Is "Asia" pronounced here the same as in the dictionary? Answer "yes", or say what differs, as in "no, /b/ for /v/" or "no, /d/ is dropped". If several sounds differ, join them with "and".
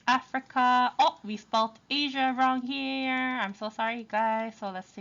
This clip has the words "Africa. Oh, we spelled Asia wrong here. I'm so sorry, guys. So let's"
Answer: yes